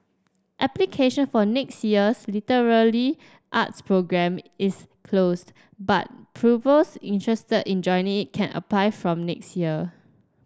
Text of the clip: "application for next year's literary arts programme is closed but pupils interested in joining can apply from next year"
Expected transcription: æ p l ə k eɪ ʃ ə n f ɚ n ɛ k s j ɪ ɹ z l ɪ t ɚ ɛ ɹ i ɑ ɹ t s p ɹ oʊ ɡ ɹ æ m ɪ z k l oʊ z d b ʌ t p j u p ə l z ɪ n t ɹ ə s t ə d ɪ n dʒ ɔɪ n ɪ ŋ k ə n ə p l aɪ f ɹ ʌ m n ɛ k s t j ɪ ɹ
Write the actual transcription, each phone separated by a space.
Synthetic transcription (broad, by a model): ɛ p l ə k eɪ ʃ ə n f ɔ n ɛ k s j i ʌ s l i t ɚ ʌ l i ɑ t s p ɹ oʊ ɡ ɹ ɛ m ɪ s k l oʊ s b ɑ t p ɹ u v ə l s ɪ n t ɹ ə s t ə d ɪ n dʒ ɔɪ n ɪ ŋ k ə n ə p l aɪ f ɹ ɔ m n ɛ k s t j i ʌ